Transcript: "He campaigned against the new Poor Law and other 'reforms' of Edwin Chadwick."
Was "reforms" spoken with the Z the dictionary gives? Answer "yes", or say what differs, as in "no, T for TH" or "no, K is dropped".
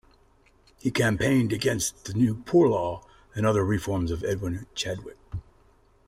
yes